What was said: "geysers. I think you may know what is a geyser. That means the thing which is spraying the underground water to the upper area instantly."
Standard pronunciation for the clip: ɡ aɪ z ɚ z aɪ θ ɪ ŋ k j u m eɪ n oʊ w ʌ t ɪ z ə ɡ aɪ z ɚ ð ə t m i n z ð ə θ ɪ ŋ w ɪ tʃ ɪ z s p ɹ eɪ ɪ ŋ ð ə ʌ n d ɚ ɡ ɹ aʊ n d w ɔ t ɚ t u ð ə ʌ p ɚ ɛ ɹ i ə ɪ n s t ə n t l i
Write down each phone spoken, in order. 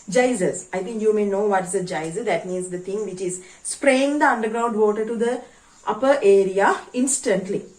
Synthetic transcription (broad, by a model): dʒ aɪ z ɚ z aɪ t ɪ ŋ k j u m eɪ n oʊ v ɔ t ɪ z ə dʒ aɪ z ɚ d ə t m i n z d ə t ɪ ŋ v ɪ tʃ ɪ z s p ɹ eɪ ɪ ŋ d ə ʌ n d ɚ ɡ ɹ aʊ n d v ɔ t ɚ t u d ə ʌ p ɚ ɛ ɹ i ə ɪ n s t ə n t l i